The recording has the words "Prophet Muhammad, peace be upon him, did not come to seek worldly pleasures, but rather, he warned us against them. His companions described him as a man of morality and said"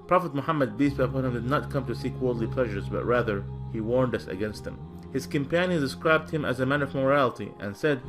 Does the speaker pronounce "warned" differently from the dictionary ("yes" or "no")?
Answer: no